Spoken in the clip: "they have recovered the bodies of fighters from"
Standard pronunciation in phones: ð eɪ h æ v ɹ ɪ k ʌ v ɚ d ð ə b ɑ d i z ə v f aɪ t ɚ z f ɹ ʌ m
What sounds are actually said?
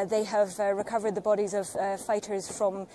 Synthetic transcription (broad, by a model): ð eɪ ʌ v ɹ ɪ k ʌ v ɚ d ð ə b ɑ d i z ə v f aɪ t ɚ z f ɹ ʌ m